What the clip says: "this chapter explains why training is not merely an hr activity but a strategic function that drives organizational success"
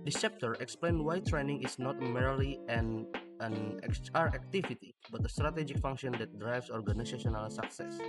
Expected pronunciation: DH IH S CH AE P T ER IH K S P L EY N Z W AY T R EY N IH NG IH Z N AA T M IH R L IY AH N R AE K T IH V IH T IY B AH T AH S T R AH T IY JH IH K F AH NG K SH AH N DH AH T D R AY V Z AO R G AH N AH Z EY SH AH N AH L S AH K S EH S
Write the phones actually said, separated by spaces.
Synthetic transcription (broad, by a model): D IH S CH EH P T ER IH K S P L EY N W AY T R EY N IH NG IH S N AA T M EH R L IY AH N R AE K T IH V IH T IY B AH T AH S T R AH T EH JH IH K F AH NG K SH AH N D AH T D R AY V S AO R G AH N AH S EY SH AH N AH L S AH K S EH S